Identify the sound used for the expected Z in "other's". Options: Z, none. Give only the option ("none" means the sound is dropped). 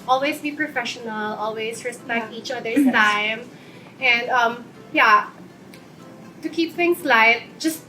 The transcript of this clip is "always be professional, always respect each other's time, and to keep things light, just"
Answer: none